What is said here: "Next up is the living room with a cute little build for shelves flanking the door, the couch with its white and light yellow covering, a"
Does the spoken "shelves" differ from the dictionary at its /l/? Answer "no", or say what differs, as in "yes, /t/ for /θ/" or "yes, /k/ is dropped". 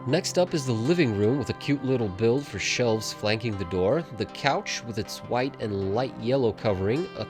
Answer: no